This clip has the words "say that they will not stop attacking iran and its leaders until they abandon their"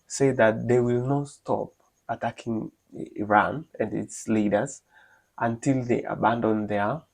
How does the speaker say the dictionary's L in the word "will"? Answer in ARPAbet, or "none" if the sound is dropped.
L